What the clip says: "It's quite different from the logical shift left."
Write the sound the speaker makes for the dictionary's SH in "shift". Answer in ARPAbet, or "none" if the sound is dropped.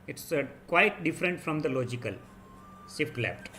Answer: S